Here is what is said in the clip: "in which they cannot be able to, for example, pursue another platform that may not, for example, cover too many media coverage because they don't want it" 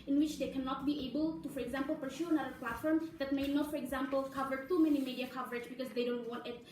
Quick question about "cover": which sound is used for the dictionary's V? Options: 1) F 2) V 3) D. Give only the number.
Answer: 2